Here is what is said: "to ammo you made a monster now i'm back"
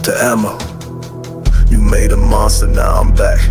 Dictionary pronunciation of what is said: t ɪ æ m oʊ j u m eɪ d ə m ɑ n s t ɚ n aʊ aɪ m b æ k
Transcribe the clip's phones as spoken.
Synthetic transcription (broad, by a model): t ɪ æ m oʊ j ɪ m eɪ d ə m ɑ s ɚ n aʊ aɪ m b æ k